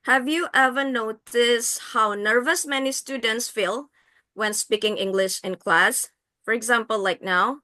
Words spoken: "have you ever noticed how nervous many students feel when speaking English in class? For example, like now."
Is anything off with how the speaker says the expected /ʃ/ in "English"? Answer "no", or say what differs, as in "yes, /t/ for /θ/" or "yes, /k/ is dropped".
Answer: no